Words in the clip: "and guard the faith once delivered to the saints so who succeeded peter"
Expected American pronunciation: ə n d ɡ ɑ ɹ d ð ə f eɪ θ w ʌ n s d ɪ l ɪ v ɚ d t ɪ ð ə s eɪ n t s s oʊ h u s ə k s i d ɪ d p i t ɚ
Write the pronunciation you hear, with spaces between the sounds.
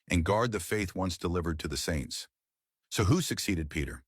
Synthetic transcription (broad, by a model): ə n ɡ ɑ ɹ d ð ə f eɪ θ w ʌ n s d ɪ l ɪ v ɚ d t ɪ ð ə s eɪ n t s s oʊ h u s ə k s i d ɪ d p i t ɚ